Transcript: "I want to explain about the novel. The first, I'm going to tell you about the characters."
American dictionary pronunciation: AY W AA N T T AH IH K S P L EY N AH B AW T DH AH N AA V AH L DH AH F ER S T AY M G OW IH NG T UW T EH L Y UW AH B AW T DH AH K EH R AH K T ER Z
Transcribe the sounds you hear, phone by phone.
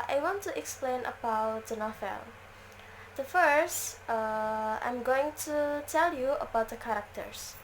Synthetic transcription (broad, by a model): AY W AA N T T AH K S P L EY N AH B AW T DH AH N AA F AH L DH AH F ER S T AY M G OW IH NG T UW T EH L Y UW AH B AW T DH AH K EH R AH K T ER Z